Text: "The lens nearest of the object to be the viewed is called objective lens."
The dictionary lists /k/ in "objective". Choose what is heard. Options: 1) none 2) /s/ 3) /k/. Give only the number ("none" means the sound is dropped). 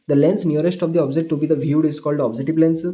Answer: 1